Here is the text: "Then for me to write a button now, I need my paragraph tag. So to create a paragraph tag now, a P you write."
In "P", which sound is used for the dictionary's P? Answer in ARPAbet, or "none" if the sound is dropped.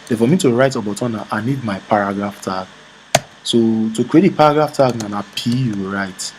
P